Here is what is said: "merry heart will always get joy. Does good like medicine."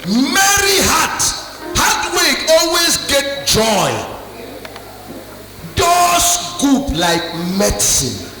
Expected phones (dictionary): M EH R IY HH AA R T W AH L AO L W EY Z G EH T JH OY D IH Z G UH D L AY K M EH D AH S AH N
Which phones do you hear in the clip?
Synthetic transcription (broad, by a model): M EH R IY HH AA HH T W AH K AO L W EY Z G EH T JH OY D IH S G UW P L AY K M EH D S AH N